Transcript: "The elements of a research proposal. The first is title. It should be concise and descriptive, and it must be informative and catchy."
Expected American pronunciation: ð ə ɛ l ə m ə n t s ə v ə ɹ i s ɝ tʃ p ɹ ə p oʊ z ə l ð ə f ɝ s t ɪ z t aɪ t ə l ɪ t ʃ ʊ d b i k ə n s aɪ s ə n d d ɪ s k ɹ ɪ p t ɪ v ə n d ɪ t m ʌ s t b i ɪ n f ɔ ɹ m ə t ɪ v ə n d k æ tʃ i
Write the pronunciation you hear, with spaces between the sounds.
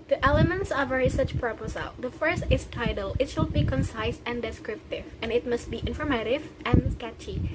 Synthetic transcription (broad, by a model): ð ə ɛ l ə m ə n t s ə v ə ɹ i s ɝ tʃ p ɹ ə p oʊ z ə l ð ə f ɝ s t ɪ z t aɪ t ə l ɪ t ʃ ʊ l b i k ə n s aɪ s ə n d d ɪ s k ɹ ɪ p t ɪ v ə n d ɪ t m ʌ s t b i ɪ n f ɔ ɹ m ə t ɪ v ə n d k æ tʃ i